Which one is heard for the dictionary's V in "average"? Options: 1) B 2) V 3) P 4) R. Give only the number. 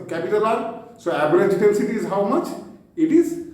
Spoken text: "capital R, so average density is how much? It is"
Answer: 1